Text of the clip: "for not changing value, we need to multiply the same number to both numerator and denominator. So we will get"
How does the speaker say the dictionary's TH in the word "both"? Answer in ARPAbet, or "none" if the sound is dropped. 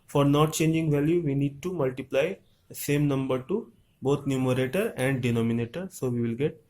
T